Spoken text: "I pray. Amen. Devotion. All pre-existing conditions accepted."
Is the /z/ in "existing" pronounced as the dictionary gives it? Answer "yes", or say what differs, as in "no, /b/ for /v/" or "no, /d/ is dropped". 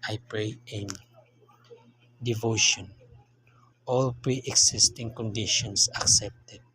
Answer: no, /s/ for /z/